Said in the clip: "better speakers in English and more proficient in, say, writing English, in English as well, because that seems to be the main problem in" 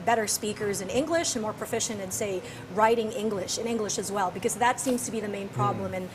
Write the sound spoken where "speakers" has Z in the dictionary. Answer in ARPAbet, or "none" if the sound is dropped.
Z